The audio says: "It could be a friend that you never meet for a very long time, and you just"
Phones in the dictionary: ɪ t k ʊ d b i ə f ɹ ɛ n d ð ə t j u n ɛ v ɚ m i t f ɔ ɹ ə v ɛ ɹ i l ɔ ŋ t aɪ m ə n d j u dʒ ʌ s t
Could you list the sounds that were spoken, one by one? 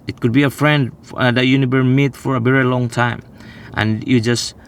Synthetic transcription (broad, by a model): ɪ t k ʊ d b i ə f ɹ ɛ n d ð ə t j u n ɛ v ɚ m i t f ɔ ɹ ə v ɛ ɹ i l ɔ ŋ t aɪ m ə n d j u dʒ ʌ s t